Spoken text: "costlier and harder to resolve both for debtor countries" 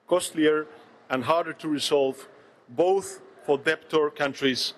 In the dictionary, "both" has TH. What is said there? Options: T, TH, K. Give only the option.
TH